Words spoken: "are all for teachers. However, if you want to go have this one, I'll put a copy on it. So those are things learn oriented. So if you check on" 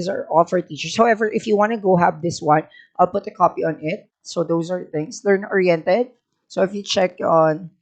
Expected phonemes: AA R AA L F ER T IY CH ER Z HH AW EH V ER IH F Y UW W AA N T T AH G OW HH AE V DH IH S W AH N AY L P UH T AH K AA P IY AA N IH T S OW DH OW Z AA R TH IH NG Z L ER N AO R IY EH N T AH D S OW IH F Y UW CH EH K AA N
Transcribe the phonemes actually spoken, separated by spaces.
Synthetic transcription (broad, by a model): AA R AA L F ER T IY CH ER S HH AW EH V ER IH F Y UW W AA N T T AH G OW HH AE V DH IH S W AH N AY L P UH T AH K AA P IY AA N IH T S OW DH OW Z AA R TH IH NG S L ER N AO R IY EH N T AH D S OW IH F Y UW CH EH K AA N